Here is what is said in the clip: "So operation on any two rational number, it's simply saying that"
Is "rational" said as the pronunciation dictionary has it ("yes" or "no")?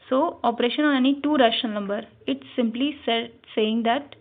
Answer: no